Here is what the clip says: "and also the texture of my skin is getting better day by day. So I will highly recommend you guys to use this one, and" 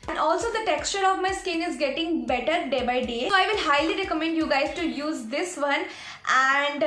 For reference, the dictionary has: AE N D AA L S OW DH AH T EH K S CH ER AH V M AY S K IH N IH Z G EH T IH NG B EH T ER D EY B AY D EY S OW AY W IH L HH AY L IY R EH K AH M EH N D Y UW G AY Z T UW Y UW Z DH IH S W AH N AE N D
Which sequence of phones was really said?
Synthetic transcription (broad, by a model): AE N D AA L S OW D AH T EH K S CH ER AH V M AY S K IH N IH Z G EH T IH NG B EH T ER D EY B AY D EY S OW AY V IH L HH AY L IY R EH K AH M EH N D Y UW G AY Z T UW Y UW Z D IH S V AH N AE N D